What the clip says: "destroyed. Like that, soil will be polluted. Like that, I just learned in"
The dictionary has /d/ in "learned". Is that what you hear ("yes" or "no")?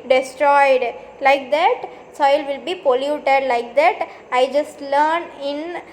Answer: no